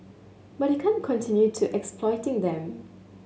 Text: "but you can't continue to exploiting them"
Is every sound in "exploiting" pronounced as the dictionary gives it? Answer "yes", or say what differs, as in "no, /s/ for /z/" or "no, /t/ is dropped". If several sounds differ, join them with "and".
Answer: yes